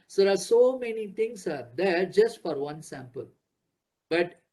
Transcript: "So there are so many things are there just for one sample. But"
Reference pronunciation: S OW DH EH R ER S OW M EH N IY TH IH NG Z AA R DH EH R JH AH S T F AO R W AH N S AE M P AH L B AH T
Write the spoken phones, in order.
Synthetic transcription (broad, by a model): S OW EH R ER S OW M EH N IY T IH NG S AA R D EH R JH AH S T F AO R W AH N S AE M P AH L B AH T